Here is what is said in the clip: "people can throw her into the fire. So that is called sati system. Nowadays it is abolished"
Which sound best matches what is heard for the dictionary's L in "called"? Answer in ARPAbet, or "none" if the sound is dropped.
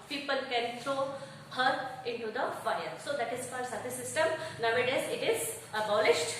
none